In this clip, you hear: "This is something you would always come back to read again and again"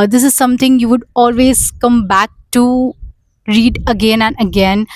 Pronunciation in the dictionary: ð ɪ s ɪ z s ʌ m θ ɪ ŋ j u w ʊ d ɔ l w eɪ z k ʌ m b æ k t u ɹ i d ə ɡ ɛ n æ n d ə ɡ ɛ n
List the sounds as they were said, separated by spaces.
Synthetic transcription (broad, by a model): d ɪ s ɪ z s ʌ m t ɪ ŋ j u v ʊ d ɔ l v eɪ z k ʌ m b æ k t u ɹ i d ə ɡ ɛ n æ n d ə ɡ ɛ n